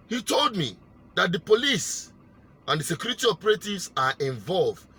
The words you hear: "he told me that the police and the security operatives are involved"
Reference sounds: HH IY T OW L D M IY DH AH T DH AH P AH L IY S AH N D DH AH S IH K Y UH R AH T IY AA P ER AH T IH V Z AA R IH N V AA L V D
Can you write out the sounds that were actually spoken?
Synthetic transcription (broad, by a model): HH IY T OW L D M IY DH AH T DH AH P AH L IY S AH N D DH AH S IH K Y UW R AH T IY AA P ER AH T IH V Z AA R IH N V AA L V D